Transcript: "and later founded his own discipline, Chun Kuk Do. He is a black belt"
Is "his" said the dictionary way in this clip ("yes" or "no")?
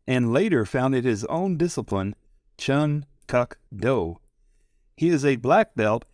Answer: yes